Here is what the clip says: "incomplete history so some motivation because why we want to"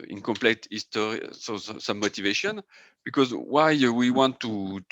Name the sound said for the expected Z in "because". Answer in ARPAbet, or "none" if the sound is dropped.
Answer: Z